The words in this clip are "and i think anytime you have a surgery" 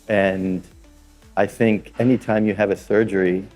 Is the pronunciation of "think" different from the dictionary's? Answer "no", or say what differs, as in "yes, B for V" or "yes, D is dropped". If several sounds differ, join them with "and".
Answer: no